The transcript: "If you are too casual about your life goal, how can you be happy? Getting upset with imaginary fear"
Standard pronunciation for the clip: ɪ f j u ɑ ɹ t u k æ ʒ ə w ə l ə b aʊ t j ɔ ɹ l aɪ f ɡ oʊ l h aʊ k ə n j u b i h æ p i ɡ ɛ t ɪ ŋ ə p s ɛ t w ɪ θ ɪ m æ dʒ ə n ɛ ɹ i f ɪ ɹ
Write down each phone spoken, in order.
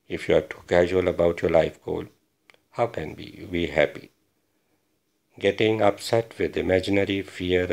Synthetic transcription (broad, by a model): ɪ f j u ɑ ɹ t u k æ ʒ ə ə l ə b aʊ t j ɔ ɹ l aɪ f ɡ oʊ l h aʊ k ə n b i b i h æ p i ɡ ɛ t ɪ ŋ ə p s ɛ t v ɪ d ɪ m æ dʒ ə n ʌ ɹ i f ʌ ɹ